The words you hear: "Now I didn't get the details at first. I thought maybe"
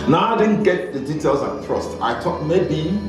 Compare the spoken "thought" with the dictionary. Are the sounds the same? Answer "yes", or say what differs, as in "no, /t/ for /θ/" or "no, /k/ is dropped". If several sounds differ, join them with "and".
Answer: no, /t/ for /θ/